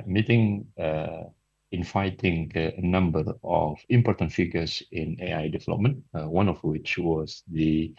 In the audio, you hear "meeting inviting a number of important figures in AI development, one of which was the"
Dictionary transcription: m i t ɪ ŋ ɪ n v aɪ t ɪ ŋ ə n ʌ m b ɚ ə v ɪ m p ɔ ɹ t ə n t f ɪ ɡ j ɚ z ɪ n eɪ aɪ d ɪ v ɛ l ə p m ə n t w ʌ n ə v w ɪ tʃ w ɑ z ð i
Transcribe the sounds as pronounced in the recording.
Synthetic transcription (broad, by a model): m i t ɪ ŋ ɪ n f aɪ t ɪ ŋ ə n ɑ m b ɚ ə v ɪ m p ɔ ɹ t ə n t f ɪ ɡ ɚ s ɪ n eɪ aɪ d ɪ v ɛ l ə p m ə n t w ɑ n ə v w ɪ tʃ w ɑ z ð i